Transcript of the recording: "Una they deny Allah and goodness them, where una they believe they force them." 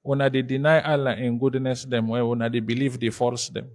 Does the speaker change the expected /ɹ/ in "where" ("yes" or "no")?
yes